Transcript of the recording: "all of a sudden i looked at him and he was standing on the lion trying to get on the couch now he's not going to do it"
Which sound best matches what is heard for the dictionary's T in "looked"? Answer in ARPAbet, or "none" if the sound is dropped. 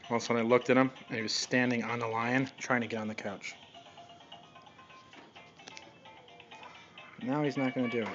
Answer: T